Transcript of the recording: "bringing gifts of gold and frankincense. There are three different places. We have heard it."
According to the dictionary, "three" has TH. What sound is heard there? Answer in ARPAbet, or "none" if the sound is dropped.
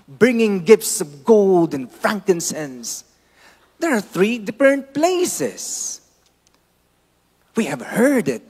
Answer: TH